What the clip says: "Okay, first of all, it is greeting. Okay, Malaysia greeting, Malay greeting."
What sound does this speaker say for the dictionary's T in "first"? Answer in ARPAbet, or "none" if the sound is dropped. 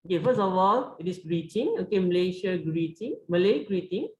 none